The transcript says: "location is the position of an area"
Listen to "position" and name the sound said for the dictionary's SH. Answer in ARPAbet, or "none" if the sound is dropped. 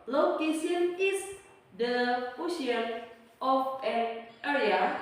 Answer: none